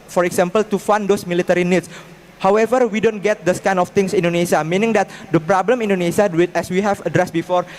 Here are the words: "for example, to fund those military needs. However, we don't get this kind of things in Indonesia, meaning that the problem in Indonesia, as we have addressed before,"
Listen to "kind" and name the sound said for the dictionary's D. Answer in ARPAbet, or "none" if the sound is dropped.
none